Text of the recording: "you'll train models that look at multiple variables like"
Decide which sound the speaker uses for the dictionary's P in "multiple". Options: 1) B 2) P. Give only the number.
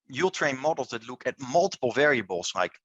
2